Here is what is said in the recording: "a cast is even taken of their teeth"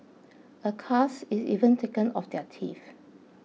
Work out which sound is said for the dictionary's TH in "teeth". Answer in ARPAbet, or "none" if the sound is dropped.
F